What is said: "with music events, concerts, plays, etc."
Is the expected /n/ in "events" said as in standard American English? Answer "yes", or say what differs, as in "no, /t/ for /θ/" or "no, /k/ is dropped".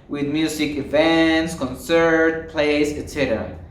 yes